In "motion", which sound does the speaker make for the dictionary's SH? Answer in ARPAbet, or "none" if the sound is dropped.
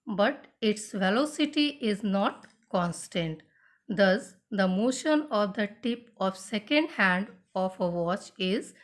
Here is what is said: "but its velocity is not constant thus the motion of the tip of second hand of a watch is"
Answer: SH